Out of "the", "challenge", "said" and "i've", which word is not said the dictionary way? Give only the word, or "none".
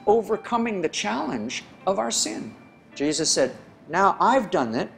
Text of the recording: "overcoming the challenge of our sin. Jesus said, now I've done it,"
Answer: none